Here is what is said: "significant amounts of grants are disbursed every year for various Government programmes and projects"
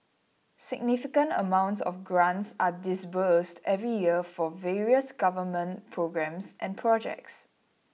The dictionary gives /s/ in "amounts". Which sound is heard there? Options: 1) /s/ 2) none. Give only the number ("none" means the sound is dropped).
1